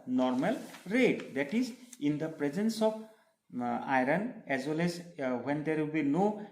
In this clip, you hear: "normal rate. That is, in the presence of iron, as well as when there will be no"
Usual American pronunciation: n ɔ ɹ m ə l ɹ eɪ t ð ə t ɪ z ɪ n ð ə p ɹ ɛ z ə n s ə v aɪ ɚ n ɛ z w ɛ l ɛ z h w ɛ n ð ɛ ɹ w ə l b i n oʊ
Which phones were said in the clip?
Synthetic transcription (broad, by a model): n ɔ ɹ m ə l ɹ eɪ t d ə t ɪ z ɪ n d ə p ɹ ɛ z ə n s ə p aɪ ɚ n ɛ z w ɛ l ɛ z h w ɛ n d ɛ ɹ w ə l b i n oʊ